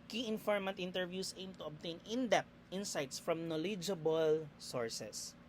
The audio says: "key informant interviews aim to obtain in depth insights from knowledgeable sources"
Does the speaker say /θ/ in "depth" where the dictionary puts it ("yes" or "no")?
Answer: no